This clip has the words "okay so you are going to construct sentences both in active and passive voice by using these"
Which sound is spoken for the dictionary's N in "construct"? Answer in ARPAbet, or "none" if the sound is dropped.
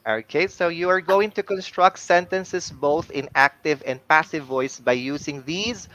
N